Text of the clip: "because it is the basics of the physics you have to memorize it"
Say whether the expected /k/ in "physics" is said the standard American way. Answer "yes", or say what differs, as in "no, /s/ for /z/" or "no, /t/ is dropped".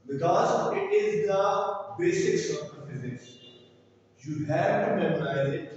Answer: no, /k/ is dropped